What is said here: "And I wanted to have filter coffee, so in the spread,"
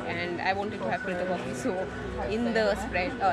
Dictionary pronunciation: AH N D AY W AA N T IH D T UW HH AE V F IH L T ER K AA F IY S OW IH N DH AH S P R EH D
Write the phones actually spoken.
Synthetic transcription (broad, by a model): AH N D AY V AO N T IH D T UW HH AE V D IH T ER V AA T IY S OW IH N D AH S P R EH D